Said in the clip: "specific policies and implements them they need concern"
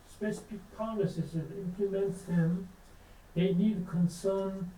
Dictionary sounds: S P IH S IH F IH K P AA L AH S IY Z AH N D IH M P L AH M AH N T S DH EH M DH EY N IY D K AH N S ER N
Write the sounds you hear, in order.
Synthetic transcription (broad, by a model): S P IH S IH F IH K P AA N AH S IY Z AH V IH M P L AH M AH N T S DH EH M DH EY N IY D K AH N S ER N